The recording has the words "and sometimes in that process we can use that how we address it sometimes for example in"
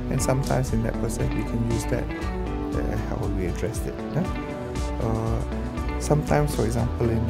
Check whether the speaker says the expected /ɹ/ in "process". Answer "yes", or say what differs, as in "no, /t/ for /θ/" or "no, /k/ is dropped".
no, /ɹ/ is dropped